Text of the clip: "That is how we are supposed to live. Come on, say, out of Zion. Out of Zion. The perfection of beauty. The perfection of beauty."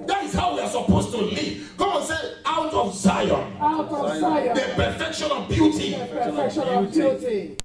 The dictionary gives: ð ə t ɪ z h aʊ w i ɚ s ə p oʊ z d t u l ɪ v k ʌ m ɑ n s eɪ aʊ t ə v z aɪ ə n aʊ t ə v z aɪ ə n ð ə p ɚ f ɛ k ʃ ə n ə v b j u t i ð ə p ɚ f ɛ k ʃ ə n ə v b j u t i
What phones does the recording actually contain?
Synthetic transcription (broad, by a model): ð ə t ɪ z h aʊ w i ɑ s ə p oʊ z t u l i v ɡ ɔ ɑ n s eɪ aʊ t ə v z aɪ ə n aʊ t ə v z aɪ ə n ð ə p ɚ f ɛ k ʃ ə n ə v b j u t i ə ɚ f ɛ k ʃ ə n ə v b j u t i